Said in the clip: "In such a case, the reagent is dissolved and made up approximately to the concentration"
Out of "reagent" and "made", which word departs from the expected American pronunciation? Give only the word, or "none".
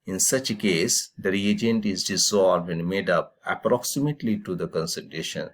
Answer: none